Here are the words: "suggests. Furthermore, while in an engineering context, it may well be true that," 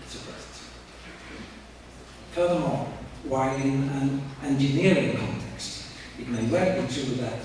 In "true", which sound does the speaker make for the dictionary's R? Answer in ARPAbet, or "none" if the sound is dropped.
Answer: W